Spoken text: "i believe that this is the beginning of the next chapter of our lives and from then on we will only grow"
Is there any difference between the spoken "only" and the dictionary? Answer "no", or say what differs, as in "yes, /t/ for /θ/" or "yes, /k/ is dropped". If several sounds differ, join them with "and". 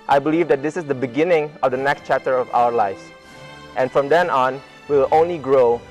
no